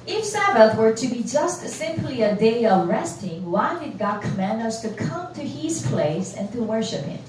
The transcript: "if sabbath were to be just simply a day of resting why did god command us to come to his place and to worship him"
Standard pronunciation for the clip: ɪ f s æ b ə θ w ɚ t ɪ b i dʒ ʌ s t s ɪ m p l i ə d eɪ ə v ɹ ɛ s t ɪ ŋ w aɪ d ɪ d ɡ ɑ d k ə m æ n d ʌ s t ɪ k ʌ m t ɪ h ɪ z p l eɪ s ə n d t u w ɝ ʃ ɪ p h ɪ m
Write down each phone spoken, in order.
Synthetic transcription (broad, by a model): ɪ f s æ b ə θ w ɚ t ɪ b i dʒ ʌ s t s ɪ m p l i ə d eɪ ə v ɹ ɛ s t ɪ ŋ w aɪ d ɪ d ɡ ɑ d k ə m æ n d ʌ s t ɪ k ʌ m t ɪ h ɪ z p l eɪ s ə n t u w ɝ ʃ ɪ p h ɪ m